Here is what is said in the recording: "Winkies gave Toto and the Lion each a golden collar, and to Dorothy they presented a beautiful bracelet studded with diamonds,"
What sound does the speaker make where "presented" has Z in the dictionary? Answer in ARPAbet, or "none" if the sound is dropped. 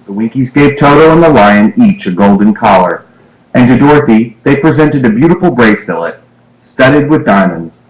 Z